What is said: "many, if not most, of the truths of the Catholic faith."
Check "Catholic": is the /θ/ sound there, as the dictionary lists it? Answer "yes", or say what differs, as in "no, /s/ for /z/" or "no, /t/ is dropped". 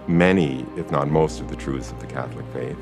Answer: yes